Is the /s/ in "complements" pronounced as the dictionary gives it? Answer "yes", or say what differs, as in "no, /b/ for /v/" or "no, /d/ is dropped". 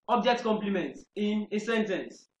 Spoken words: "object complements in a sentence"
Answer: no, /s/ is dropped